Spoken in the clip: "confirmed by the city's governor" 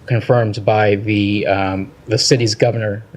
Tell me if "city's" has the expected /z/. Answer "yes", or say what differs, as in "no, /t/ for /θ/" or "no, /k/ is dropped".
yes